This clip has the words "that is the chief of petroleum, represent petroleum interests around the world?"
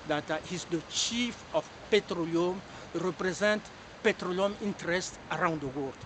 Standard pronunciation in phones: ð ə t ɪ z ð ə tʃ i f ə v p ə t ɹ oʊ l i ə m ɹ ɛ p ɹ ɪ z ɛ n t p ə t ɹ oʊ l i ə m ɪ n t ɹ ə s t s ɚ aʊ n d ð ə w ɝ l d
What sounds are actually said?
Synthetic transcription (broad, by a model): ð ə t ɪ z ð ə tʃ i f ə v p ə t ɹ oʊ l i ə m ɹ ɛ p ɹ ɪ z ɛ n t p ə t ɹ oʊ l i ə m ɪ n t ɹ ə s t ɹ aʊ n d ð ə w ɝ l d